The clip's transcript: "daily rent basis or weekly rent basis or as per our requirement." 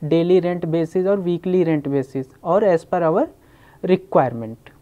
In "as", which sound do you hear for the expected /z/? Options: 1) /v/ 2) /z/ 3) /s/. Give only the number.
3